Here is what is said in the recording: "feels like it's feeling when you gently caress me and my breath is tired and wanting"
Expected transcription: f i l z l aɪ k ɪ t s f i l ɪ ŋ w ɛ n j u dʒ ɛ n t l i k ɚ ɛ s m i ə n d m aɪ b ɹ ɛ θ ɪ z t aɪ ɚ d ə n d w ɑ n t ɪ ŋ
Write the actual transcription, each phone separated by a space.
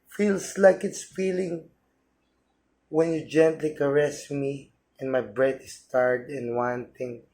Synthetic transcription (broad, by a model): f i l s l aɪ k ɪ t s f i l ɪ ŋ w ɛ n j u dʒ ɛ n t l i k ɚ ɛ s m i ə n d m aɪ b ɹ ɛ t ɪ s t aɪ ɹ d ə n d w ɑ n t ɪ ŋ